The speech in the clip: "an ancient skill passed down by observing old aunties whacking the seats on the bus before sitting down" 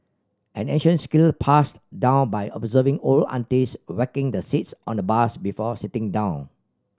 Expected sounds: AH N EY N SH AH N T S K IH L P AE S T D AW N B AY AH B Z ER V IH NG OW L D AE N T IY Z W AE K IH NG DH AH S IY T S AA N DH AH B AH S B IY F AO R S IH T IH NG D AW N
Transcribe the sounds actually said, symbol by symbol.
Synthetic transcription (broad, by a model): AH N EY N SH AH N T S K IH L P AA S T D AW N B AY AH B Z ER V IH NG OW L AA N T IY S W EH K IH NG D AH S IY T S AA N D AH B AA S B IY F AO S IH T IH NG D AW N